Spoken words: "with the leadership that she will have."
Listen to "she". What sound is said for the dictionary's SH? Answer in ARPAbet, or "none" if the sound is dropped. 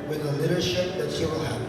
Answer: S